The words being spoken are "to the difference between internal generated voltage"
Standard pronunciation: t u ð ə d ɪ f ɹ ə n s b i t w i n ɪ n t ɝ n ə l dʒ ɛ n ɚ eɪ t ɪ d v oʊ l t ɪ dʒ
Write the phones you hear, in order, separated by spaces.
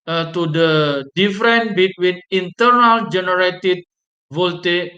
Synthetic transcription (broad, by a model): t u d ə d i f ɹ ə n b i t w i n ɪ n t ɝ n ə l dʒ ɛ n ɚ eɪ t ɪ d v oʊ l t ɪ